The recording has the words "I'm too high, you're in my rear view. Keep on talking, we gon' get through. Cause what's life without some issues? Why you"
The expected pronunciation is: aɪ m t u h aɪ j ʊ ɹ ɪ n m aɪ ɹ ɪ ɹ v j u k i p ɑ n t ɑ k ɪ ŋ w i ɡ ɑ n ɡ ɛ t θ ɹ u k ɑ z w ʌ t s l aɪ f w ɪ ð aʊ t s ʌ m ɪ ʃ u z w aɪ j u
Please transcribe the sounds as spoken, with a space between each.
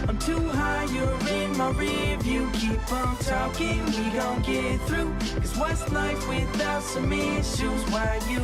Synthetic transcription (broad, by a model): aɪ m t u h aɪ j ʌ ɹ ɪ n m aɪ ɹ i v j u k i p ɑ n t ɑ k ɪ ŋ w i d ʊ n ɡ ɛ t θ ɹ u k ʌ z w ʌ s n aɪ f w ɪ ð aʊ t s ʌ m ɪ ʃ u z w aɪ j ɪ